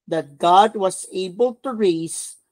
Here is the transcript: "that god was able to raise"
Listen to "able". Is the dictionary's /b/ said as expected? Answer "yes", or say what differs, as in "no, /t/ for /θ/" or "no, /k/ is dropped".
yes